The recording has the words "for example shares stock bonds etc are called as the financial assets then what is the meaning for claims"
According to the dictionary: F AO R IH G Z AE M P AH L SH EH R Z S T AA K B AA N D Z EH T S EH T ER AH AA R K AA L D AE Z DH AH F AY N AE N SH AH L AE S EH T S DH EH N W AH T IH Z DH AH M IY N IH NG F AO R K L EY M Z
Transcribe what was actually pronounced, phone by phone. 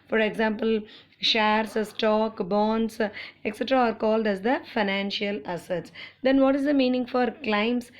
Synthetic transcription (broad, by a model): F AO R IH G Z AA M P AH L SH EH R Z S T AA K B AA N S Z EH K S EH T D AA R K AA L D AE Z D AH F AY N AE N SH AH L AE S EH T S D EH N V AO T IH Z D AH M IY N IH NG F AO R K L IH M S